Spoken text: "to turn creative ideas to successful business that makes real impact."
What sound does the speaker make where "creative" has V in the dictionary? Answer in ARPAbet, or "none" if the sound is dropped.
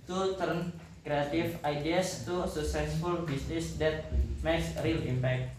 F